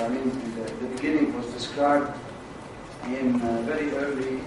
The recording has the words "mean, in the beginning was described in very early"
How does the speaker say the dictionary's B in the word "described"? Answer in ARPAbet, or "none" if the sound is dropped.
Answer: none